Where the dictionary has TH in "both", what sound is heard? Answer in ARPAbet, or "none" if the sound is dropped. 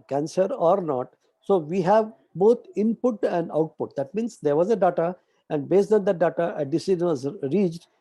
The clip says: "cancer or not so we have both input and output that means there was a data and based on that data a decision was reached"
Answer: T